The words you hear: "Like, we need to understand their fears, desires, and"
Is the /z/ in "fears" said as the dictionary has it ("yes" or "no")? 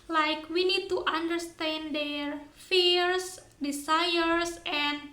no